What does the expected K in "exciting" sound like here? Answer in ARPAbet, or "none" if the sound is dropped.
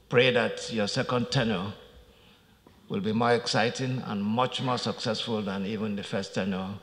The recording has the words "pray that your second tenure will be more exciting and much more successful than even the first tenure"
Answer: K